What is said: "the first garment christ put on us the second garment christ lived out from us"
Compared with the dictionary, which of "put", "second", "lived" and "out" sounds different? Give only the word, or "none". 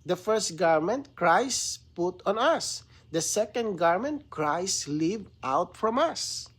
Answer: lived